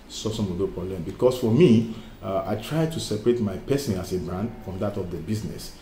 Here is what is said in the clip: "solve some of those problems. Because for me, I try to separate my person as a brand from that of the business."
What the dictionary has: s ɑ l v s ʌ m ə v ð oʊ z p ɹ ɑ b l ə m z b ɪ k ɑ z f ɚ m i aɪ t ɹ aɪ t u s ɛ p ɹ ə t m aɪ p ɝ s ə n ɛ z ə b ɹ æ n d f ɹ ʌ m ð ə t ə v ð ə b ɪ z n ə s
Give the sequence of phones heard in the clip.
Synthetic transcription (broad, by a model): s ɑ s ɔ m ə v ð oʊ p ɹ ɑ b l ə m b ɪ k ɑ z f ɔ m i aɪ t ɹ aɪ t u s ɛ p ɹ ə t m aɪ p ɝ s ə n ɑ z ə b ɹ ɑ n d f ɹ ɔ m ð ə t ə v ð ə b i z n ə s